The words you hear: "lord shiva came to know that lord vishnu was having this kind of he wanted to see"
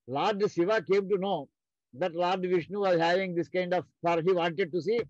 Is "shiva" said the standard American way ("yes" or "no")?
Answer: no